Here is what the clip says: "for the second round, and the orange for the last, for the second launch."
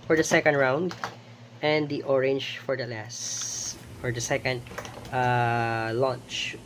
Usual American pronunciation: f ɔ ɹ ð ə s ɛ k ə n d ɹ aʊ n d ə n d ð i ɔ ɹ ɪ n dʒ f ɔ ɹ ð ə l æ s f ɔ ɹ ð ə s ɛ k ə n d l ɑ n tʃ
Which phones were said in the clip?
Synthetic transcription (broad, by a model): f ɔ ɹ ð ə s ɛ k ə n d ɹ aʊ n d ə n d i ɔ ɹ ɪ n dʒ f ɔ ɹ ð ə l æ s f ɔ ɹ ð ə s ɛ k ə n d l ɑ n tʃ